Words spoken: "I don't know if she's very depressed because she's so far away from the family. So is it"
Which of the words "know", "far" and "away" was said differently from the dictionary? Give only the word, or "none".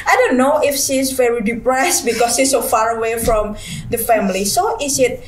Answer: none